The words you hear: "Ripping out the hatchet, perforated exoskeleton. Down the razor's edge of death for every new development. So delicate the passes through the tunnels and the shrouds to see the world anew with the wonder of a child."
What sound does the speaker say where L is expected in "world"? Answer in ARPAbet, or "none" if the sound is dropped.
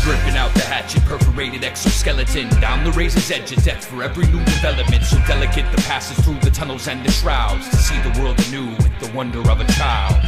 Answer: L